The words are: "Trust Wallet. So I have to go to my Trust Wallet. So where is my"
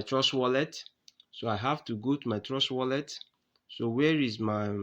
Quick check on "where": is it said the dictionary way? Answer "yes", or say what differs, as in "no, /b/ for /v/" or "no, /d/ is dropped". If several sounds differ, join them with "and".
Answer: yes